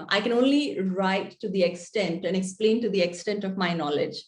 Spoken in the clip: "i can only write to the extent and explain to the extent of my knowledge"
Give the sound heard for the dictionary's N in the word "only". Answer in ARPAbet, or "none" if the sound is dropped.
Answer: N